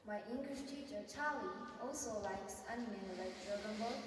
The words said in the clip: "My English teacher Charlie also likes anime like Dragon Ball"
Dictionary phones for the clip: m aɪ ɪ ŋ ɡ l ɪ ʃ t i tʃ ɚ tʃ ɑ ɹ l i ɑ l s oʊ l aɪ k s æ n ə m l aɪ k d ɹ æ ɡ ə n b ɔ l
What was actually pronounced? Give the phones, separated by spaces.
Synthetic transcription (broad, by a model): m aɪ ɪ ŋ ɡ l ɪ ʃ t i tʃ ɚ tʃ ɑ l i ɑ l s oʊ l aɪ k s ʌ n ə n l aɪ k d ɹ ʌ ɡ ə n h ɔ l